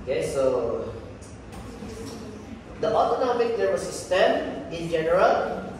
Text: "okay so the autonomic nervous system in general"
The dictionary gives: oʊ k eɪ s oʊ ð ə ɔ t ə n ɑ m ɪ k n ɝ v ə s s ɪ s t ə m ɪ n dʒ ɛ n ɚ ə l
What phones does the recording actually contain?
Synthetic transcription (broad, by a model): k eɪ s oʊ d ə ɔ t ə n ɑ m ɪ k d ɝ w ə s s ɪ s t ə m ɪ n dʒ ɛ n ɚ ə l